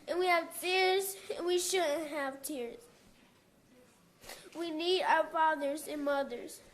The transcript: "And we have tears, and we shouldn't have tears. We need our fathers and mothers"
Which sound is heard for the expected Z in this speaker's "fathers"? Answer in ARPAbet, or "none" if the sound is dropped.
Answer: Z